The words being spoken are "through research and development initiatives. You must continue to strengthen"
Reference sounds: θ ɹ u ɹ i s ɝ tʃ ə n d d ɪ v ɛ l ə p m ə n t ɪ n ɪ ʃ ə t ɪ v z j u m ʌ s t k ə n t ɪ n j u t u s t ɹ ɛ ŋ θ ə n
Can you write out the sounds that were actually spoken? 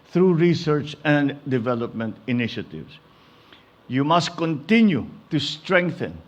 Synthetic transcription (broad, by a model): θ ɹ u ɹ i s ɝ tʃ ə n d d ɪ v ɛ l ə p m ə n t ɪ n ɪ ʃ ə t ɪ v s j u m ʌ s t k ə n t ɪ n j u t u s t ɹ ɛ ŋ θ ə n